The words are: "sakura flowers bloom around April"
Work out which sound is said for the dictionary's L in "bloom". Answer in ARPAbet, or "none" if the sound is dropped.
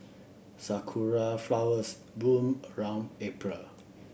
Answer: none